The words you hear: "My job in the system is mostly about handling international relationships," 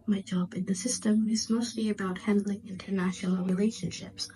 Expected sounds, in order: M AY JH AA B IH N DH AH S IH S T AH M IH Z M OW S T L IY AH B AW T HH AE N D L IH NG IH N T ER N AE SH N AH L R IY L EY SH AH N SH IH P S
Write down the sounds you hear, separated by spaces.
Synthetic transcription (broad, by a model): M AY JH AA B IH N DH AH S IH S T AH M IH Z M OW S T L IY AH B AW T HH AE N D L IH NG IH N T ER N AE SH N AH L R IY L EY SH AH N SH IH P S